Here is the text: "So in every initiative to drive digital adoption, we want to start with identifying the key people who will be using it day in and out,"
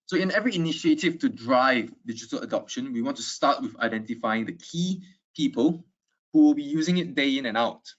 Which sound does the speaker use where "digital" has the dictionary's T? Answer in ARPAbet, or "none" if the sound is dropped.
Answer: T